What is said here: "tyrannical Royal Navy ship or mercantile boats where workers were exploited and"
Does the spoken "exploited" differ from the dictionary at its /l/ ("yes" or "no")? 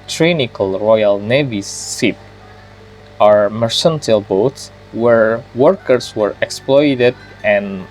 no